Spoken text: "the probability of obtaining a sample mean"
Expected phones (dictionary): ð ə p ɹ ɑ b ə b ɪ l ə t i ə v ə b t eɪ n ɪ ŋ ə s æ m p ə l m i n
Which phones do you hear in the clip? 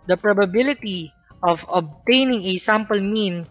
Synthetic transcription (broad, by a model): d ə p ɹ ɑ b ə b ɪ l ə t i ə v ə b t eɪ n ɪ ŋ ə s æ m p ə l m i n